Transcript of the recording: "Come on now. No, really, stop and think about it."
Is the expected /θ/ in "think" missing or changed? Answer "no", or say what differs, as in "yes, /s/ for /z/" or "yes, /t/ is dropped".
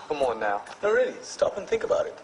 no